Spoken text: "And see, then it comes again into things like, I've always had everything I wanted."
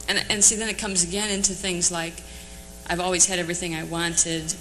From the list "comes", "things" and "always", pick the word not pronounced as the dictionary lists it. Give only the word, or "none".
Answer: none